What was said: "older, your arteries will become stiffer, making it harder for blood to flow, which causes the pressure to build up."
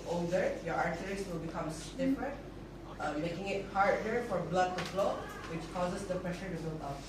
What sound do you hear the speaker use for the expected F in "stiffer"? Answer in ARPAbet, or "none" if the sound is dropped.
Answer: P